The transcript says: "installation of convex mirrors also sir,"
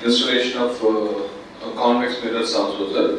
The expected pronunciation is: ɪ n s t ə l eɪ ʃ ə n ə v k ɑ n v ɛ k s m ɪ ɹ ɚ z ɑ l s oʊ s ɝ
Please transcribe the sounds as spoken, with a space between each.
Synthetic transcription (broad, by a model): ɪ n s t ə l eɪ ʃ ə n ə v k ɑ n ɛ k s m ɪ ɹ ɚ s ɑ s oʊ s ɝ